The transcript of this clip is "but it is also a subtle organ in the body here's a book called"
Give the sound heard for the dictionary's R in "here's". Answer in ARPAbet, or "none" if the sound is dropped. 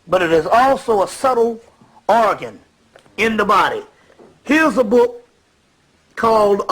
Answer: R